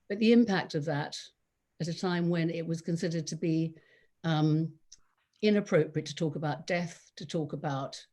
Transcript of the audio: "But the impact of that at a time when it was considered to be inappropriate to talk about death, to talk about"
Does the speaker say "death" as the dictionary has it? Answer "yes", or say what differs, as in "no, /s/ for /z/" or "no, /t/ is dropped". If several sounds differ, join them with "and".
yes